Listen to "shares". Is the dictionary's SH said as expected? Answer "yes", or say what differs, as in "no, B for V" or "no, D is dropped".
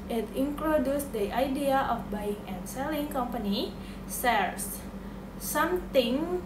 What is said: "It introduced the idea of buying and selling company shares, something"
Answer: no, S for SH